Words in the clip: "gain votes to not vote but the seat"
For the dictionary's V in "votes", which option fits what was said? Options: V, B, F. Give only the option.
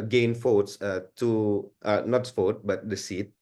F